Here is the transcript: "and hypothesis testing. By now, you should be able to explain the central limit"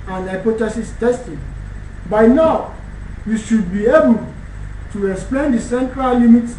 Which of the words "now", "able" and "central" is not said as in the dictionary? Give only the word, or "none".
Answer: none